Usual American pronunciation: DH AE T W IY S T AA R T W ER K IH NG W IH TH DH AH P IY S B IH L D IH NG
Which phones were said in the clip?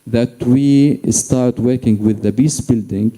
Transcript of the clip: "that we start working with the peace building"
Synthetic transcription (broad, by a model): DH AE T W IY S T AA R T W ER K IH NG W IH DH AH B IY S B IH L D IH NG